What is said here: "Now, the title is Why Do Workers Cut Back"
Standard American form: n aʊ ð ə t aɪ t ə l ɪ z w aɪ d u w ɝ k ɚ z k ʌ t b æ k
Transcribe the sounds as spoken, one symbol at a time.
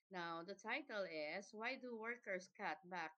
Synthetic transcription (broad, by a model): n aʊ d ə t aɪ t ə l ɪ s w aɪ d u w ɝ k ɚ s k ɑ t b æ k